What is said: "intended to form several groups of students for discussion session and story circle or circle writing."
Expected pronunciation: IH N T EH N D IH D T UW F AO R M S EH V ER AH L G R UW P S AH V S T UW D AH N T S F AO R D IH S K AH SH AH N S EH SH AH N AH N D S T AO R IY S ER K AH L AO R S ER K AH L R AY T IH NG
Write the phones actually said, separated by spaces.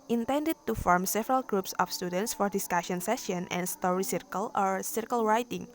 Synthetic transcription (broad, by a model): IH N T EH N D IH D T UW F AO R M S EH V ER AH L G R UW P S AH F S T UW D AH N T S F AO R D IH S K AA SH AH N S EH SH AH N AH N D S T AO R IY S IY K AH L AO R S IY K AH L R AY T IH NG